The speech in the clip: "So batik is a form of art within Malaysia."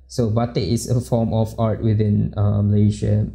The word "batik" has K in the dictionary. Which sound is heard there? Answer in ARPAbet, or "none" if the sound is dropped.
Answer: none